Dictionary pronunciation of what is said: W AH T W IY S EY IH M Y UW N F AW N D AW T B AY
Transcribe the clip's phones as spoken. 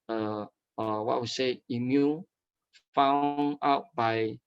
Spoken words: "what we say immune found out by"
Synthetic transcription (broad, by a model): W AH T W IY S EY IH M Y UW F AW N AW T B AY